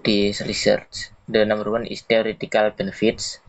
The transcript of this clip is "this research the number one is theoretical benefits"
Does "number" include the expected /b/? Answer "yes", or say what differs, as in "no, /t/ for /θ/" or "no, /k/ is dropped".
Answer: no, /b/ is dropped